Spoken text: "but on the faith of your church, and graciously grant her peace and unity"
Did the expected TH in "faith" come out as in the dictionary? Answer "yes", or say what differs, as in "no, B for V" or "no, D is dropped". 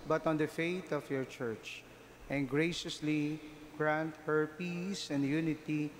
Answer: no, T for TH